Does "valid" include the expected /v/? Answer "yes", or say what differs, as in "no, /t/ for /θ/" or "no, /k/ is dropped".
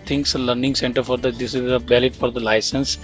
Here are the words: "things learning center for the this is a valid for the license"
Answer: no, /b/ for /v/